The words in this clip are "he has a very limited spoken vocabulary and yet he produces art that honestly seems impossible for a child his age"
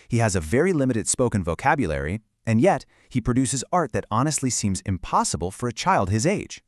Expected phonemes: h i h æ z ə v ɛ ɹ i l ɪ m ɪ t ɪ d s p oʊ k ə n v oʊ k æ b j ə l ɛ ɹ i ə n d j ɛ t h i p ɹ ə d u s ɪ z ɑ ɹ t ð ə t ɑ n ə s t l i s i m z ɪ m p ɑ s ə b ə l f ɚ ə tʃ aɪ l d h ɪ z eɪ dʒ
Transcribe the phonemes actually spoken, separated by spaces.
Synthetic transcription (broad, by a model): h i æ z ə v ɛ ɹ i l ɪ m ɪ t ɪ d s p oʊ k ə n v oʊ k æ b j ə l ɛ ɹ i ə n j ɛ t h i p ɹ ə d u s ɪ z ɑ ɹ t ð ə t ɑ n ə s t l i s i m z ɪ m p ɑ s ə b ə l f ɚ ə tʃ aɪ l d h ɪ z eɪ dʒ